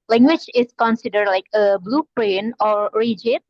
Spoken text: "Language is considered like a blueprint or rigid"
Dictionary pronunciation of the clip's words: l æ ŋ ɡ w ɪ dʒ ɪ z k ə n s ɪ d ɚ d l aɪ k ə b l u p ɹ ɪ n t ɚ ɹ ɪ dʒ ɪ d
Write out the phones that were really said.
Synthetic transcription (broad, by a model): l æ ŋ ɡ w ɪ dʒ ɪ s k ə n s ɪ d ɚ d l aɪ k ə b l u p ɹ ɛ n ɔ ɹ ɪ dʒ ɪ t